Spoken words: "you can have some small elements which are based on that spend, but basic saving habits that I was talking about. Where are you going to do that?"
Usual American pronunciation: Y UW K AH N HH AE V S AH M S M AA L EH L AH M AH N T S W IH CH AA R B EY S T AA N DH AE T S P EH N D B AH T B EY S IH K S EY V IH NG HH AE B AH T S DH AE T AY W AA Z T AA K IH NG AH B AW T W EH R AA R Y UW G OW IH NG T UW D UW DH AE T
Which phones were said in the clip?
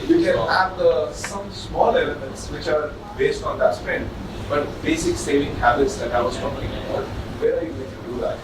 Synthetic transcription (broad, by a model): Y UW K AH N HH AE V S AH M S M AA L EH L AH M AH N T S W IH CH AA R B EY S T AA N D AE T S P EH N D B AH T B EY S IH K S EY V IH NG HH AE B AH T S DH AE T AY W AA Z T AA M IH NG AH AO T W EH R AA R Y UW G OW IH NG T UW D UW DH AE T